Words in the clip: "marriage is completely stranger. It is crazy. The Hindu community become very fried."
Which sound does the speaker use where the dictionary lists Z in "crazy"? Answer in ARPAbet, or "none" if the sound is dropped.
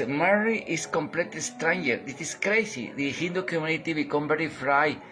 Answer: S